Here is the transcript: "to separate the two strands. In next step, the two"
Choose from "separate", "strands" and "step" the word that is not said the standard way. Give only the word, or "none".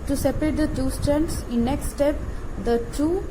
strands